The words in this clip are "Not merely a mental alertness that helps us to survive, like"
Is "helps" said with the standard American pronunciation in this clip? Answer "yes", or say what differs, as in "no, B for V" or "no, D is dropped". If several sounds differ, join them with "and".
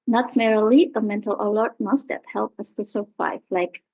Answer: no, S is dropped